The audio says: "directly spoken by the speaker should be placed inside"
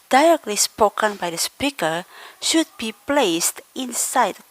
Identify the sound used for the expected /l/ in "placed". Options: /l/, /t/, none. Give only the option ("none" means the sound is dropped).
/l/